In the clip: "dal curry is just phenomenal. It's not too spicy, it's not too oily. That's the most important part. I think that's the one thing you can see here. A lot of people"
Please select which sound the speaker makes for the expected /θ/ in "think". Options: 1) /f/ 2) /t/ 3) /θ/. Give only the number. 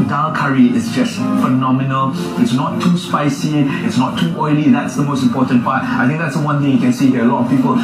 2